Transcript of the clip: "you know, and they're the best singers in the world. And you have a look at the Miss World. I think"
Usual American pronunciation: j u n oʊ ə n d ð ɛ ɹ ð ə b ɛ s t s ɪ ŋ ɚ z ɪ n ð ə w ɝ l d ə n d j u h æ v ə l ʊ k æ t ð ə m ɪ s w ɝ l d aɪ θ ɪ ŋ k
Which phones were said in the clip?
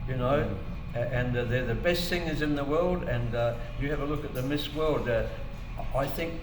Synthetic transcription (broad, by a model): j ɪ n oʊ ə n ð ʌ ɹ ð ə b ɛ s t θ ɪ ŋ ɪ z ɪ n ð ə w ɝ l d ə n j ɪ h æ v ə l ʊ k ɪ t ð ə m ɪ s w ɝ l d aɪ θ ɪ ŋ k